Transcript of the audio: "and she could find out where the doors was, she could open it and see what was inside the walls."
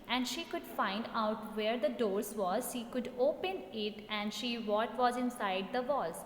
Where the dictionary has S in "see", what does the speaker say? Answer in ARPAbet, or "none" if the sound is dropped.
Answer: SH